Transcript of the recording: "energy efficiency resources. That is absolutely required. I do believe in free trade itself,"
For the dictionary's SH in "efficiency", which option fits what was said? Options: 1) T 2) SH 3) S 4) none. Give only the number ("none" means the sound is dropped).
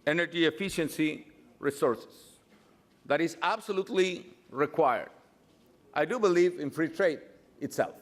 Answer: 2